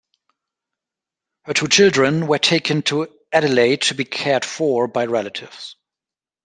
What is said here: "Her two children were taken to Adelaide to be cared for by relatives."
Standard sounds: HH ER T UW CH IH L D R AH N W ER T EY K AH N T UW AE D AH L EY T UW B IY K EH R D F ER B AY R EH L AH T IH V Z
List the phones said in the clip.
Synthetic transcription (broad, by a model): HH ER T UW CH IH L D R AH N W ER T EY K AH N T UW AE D AH L EY T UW B IY K EH R D F ER B AY R EH L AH T IH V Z